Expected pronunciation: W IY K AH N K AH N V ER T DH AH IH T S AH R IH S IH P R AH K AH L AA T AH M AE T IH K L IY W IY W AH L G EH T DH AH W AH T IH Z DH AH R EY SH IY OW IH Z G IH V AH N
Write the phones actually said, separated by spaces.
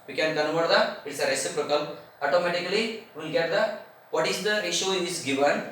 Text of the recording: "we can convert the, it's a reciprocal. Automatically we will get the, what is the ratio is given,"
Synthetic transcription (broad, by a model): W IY K AH N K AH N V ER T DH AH IH T S AH R IH S IH P R AH K AH L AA T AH M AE T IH K IY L IY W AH L G EH T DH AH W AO T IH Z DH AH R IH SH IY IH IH S G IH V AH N